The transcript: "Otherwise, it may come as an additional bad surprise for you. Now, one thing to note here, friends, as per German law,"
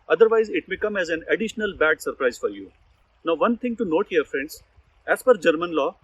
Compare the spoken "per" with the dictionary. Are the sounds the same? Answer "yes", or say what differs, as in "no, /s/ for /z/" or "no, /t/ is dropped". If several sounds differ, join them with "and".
no, /f/ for /p/